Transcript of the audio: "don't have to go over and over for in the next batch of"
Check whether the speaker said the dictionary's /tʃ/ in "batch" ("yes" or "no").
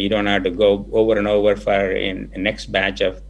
yes